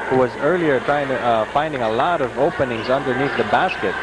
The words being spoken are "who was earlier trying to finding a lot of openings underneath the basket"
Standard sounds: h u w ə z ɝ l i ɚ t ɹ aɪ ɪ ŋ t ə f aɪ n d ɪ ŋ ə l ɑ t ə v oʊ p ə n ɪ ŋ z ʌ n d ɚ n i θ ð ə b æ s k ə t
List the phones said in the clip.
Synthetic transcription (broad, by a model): h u w ə z ɝ l i ɚ t ɹ aɪ ɪ ŋ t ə f aɪ n d ɪ ŋ ə l ɑ t ə v oʊ p ə n ɪ ŋ z ʌ n d ɚ n i θ ð ə b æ s k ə t